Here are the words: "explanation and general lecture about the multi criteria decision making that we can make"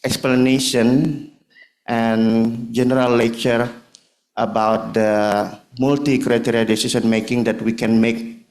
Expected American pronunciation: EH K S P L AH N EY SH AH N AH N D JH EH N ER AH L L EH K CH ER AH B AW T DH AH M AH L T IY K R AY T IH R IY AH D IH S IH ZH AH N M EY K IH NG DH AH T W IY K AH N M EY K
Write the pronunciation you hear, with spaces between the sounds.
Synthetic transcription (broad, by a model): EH K S P L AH N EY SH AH N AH N JH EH N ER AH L L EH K CH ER AH B AW T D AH M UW L T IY K R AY T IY R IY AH D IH S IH S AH N M EY K IH NG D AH T W IY K AH N M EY K